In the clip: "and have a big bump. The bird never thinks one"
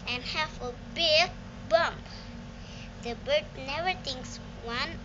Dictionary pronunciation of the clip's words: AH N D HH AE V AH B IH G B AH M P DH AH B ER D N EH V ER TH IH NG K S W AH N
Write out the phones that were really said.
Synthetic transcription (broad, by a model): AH N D HH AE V AH B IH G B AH M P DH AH B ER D N EH V ER T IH NG K S W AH N